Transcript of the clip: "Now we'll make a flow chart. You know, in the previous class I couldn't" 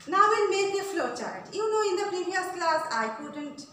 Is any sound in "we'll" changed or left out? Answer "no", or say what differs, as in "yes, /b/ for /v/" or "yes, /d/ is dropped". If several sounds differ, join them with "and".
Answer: yes, /n/ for /l/